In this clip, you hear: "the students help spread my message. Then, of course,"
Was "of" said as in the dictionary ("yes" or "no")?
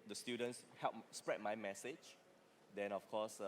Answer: no